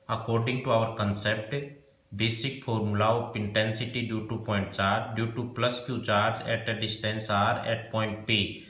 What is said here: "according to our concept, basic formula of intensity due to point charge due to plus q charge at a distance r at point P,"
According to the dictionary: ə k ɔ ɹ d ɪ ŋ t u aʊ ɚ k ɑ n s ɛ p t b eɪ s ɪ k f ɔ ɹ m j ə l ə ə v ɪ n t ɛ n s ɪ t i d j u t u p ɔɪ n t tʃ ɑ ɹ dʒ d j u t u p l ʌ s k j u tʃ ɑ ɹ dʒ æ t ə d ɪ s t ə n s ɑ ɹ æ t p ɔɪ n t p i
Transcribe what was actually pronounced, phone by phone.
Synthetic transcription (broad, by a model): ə k ɔ ɹ d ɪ ŋ t u aʊ ɚ k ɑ n s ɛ p t b eɪ s ɪ k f ɔ ɹ m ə l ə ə p ɪ n t ɛ n s ɪ t i d j u t u p ɔɪ n t tʃ ɑ ɹ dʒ d j u t u p l ʌ s k j u tʃ ɑ ɹ dʒ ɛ t ə d ɪ s t ə n s ɑ ɹ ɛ t p ɔɪ n t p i